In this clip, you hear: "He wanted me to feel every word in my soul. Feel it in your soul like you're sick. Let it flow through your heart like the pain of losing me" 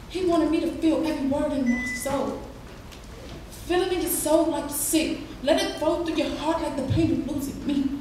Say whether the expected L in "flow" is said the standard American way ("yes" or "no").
no